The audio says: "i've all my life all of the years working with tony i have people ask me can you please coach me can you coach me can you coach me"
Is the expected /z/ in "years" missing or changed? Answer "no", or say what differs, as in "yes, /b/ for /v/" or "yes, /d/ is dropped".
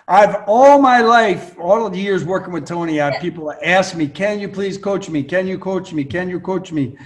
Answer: no